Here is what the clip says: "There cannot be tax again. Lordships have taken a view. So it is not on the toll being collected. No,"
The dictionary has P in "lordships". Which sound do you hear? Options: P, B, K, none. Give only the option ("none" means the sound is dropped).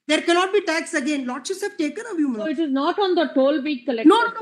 none